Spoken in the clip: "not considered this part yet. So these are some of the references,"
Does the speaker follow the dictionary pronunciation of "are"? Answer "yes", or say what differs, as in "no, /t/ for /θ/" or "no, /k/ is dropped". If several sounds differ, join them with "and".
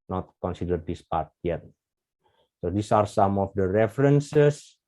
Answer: yes